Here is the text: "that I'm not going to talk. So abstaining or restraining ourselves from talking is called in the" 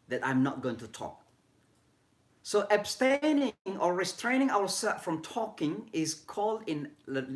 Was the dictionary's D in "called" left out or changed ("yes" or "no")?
no